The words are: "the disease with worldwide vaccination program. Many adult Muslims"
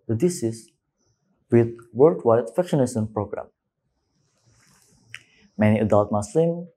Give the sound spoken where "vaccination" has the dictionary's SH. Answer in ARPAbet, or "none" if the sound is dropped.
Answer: S